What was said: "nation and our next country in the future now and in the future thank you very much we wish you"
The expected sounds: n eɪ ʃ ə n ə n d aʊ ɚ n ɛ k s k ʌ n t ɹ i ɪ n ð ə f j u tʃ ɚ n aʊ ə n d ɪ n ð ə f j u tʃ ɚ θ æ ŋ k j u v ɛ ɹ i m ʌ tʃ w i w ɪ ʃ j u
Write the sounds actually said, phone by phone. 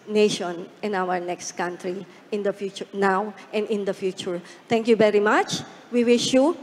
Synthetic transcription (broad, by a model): n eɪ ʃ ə n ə n aʊ ɚ n ɛ k s k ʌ n t ɹ i ɪ n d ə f j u tʃ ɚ n aʊ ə n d ɪ n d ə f j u tʃ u t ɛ ŋ k j u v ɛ ɹ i m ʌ tʃ w i w ɪ ʃ j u